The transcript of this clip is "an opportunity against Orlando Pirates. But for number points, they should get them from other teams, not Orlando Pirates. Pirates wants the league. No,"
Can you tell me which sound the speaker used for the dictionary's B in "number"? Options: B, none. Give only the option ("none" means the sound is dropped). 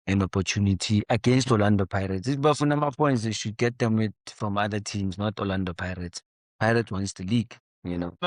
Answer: none